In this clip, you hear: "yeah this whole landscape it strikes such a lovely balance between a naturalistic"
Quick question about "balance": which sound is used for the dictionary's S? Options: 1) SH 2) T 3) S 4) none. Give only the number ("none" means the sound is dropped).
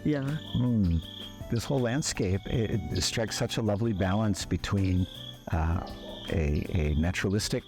3